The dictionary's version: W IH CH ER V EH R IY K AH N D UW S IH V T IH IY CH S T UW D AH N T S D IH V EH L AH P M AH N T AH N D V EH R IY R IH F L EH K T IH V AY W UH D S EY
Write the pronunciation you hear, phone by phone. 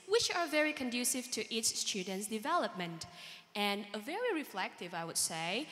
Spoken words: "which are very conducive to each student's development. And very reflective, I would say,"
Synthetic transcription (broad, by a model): W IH CH ER V EH R IY K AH N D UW S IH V T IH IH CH S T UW D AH N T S D IH V EH L AH P M AH N T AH N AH V EH R IY R IH F L EH K T IH V AY W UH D S EY